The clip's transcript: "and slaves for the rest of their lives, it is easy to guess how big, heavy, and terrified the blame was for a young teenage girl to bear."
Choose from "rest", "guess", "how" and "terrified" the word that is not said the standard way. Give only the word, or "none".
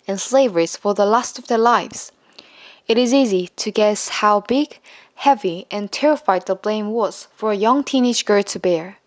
rest